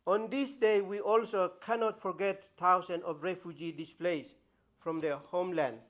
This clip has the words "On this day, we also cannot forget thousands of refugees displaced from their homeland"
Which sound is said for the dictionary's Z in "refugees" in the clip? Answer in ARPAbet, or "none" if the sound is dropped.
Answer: none